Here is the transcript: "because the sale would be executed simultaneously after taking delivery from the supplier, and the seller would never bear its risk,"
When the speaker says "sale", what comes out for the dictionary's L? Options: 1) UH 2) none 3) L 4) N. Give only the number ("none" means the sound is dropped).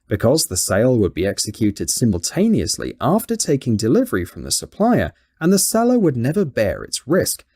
3